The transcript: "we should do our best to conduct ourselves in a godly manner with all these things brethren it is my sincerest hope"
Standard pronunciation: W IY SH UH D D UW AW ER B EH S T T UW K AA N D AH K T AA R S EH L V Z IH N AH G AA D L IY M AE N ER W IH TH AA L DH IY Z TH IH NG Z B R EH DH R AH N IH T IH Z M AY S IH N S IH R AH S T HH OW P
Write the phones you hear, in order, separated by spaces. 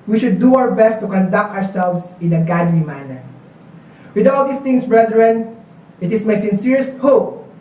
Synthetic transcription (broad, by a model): W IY SH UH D D UW AW ER B EH S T T UW K AA N D AH K T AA R S EH L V S IH N AH G AA D L IY M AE N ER W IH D AA L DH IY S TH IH NG S B R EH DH R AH N IH T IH S M AY S IH N S IH R AH S T HH OW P